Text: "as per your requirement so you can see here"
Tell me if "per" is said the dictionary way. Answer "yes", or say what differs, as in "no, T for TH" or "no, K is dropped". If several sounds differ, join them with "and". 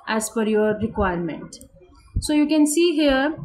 no, F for P